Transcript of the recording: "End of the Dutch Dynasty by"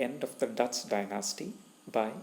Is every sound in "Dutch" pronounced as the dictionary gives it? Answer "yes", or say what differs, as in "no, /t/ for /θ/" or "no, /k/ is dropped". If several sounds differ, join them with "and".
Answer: no, /s/ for /tʃ/